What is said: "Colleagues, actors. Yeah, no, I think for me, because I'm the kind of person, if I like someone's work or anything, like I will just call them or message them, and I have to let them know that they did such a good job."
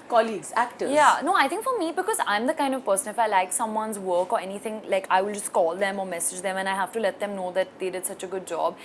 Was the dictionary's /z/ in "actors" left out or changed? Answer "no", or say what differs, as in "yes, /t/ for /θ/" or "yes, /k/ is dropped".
yes, /z/ is dropped